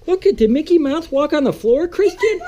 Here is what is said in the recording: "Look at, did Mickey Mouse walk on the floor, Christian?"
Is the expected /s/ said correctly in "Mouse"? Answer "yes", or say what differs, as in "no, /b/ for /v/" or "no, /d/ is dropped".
no, /θ/ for /s/